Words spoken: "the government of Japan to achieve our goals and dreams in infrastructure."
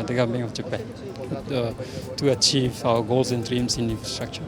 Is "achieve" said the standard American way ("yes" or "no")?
yes